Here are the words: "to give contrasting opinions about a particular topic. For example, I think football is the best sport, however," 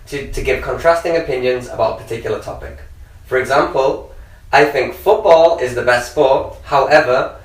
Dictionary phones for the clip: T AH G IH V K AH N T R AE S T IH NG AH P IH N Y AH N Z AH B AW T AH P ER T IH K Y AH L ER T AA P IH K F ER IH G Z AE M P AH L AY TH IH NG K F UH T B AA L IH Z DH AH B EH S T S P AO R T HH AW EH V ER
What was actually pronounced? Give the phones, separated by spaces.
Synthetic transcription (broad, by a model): T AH G IH V K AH N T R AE S T IH NG AH P IH N Y AH N Z AH B AW T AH P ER T IH K Y L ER T AA P IH K F ER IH G Z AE M P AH L AY TH IH NG K F UH T B AA L IH Z DH AH B EH S T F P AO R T HH AW EH V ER